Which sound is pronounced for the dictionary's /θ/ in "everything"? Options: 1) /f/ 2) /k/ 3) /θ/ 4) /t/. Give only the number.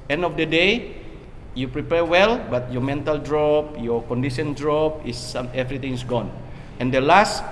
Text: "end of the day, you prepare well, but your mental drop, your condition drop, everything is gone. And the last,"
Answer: 4